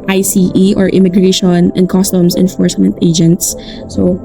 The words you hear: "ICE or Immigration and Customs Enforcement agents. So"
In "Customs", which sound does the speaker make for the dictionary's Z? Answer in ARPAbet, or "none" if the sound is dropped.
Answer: S